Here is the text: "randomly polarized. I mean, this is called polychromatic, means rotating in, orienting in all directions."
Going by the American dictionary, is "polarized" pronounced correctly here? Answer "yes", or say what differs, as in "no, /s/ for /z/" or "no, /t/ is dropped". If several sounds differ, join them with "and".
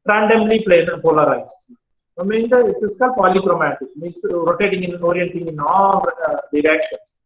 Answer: no, /n/ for /l/